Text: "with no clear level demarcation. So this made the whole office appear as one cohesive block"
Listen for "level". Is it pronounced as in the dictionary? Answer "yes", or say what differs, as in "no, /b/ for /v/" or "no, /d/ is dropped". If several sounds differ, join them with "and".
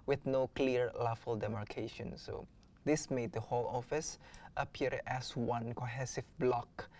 no, /f/ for /v/